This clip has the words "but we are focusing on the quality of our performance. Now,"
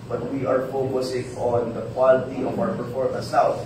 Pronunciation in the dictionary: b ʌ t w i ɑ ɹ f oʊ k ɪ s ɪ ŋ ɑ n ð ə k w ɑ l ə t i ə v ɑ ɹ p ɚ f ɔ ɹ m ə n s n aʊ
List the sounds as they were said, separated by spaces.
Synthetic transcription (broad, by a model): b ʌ t w i ɑ ɹ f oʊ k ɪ s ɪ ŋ ɑ n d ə k w ɑ l ə t i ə w ɑ ɹ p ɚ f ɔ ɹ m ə s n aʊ